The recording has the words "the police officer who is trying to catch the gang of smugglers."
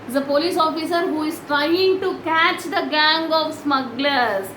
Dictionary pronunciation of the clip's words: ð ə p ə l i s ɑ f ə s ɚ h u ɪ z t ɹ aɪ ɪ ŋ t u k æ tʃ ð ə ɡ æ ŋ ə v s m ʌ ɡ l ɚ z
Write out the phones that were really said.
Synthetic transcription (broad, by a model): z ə p ə l i s ɑ f ə s ɚ h u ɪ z t ɹ aɪ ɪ ŋ t u k æ tʃ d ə ɡ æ ŋ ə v s m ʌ ɡ l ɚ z